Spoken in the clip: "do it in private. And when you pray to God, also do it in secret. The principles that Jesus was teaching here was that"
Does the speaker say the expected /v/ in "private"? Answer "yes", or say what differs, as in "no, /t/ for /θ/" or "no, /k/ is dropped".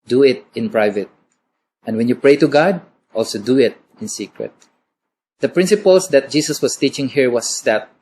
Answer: yes